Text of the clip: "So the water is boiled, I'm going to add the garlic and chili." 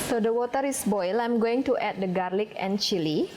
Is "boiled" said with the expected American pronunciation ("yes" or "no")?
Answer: no